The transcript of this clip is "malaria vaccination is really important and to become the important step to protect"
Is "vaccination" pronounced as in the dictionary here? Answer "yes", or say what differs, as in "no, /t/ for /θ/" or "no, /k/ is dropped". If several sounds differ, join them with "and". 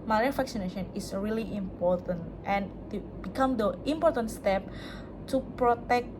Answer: no, /f/ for /v/